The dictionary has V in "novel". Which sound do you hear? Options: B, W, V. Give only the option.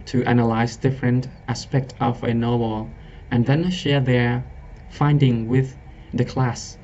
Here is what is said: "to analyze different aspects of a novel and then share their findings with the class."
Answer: W